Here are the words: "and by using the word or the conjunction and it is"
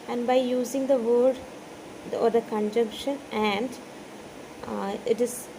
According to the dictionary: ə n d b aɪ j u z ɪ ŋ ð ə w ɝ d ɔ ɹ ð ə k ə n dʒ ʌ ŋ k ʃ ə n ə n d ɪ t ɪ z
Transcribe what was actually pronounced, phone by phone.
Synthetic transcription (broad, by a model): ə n d b aɪ j u z ɪ ŋ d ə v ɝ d ɔ ɹ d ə k ə n dʒ ʌ ŋ k ʃ ə n ə n d ɪ t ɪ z